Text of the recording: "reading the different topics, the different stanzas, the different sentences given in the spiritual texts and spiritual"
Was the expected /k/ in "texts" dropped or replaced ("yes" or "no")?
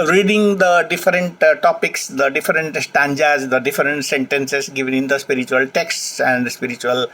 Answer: no